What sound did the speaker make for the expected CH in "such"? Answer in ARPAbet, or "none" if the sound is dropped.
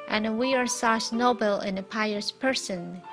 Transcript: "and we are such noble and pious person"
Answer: S